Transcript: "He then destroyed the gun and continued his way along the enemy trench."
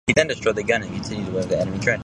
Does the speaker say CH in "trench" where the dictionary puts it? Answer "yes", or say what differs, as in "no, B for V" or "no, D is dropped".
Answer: no, CH is dropped